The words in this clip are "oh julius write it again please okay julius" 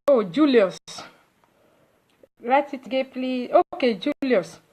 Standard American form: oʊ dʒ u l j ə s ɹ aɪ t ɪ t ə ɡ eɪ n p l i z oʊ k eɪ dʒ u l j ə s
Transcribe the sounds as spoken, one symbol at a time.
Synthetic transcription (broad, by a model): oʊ dʒ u l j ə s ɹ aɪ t ɪ t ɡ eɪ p l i oʊ k eɪ dʒ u l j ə s